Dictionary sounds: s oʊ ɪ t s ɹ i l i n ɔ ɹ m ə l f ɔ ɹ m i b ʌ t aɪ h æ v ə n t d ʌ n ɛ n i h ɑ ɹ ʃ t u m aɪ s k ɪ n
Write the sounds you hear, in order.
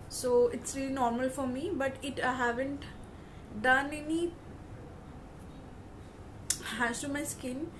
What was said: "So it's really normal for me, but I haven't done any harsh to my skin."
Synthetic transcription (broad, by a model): s oʊ ɪ t s ɹ i l i n ɔ ɹ m ə l f ɔ ɹ m i b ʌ t aɪ h æ v ə n t d ʌ n ɛ n i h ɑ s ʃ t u m aɪ s k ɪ n